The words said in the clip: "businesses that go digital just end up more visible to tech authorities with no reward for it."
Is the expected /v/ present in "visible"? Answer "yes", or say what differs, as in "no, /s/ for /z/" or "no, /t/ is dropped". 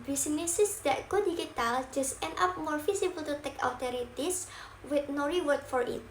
no, /f/ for /v/